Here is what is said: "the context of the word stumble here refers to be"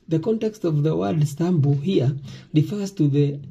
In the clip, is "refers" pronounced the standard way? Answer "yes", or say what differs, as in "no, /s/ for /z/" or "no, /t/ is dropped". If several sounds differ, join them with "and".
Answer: yes